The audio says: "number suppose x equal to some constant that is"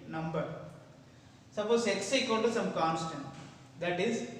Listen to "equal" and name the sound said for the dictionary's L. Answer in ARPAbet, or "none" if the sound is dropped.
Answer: N